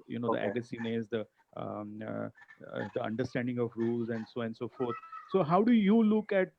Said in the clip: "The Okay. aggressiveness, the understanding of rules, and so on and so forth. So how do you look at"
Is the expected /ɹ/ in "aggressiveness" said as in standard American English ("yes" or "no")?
no